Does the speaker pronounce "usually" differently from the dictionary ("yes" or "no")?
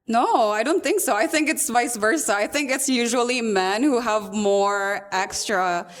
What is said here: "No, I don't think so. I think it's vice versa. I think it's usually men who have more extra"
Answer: no